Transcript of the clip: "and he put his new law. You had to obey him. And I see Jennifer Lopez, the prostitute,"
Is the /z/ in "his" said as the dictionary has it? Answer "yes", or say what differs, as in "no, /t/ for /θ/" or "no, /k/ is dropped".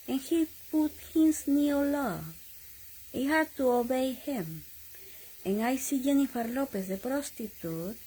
no, /s/ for /z/